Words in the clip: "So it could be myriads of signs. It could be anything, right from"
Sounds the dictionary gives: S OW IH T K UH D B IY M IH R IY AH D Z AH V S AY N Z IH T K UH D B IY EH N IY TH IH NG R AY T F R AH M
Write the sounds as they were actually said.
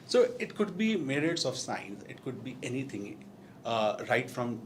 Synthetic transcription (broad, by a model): S OW IH T K UH D B IY M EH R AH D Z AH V S AY N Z IH T K UH D B IY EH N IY T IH NG R AY T F R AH M